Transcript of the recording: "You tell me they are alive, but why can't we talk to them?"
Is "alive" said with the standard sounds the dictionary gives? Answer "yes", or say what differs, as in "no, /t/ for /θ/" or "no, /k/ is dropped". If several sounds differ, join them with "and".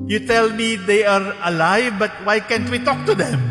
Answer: yes